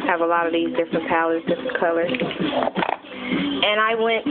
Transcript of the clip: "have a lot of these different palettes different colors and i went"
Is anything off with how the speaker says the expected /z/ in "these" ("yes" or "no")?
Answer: no